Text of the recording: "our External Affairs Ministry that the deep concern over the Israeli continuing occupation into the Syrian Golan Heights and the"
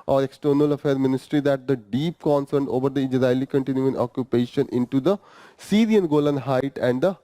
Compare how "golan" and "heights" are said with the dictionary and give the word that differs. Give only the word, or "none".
heights